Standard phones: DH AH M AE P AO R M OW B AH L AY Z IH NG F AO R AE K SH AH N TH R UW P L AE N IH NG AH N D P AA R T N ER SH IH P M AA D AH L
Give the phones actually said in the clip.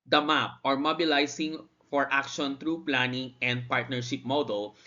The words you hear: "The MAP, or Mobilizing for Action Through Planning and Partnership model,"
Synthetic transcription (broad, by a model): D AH M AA P AO R M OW B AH L AY S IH NG F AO R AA K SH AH N T R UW P L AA N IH NG AH N D P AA R T N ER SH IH P M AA D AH L